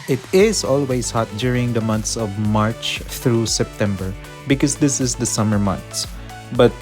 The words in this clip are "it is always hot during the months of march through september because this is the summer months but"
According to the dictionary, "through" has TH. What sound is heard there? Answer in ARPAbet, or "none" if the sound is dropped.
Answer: T